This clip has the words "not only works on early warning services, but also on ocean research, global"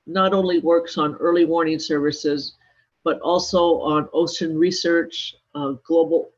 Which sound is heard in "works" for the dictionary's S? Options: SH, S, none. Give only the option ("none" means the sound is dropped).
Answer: S